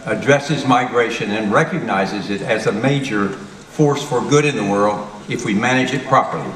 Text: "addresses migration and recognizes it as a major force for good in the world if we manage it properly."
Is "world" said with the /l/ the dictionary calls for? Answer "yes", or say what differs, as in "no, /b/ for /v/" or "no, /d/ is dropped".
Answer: yes